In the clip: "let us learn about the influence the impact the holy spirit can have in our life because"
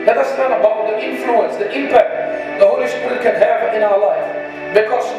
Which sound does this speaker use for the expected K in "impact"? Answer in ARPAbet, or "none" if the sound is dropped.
K